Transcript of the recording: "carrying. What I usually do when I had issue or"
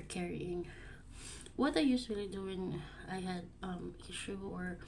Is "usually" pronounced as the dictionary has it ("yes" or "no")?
no